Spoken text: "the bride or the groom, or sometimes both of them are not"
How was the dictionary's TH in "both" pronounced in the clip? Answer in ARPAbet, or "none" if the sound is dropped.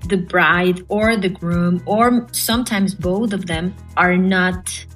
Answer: TH